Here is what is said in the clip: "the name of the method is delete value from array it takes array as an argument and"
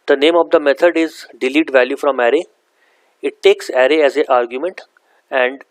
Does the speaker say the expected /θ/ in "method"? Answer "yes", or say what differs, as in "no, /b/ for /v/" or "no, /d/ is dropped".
no, /t/ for /θ/